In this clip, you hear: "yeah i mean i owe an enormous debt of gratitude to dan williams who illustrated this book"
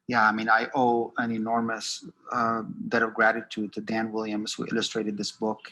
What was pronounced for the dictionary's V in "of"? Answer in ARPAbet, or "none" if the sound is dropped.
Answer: V